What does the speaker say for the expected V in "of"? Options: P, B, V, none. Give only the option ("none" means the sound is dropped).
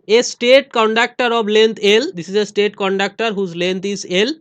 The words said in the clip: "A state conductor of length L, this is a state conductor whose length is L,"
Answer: B